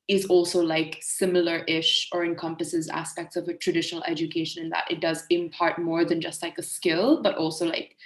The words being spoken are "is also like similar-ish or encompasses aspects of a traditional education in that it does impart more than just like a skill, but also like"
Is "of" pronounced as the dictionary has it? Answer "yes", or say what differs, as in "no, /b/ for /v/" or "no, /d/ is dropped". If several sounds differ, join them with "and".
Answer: yes